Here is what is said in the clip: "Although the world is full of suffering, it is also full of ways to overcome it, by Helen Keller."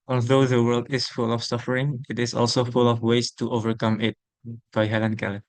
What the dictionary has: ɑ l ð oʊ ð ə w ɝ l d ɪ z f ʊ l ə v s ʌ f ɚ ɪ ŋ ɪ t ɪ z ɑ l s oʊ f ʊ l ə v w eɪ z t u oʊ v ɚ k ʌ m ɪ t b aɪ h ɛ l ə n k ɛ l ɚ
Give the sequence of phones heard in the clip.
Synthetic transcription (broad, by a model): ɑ l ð oʊ ð ə w ɝ l d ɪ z f ʊ l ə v s ʌ f ɚ ɪ ŋ ɪ t ɪ z ɑ l s oʊ f ʊ l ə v w eɪ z t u oʊ v ɚ k ʌ m ɪ t b aɪ h ɛ l ə n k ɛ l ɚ